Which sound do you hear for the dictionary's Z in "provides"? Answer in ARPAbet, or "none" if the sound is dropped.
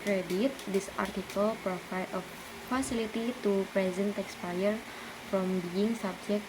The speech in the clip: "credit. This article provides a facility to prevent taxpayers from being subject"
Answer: none